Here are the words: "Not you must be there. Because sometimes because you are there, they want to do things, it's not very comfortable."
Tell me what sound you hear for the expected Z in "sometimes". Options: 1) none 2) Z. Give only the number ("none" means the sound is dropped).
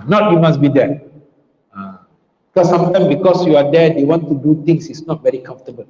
1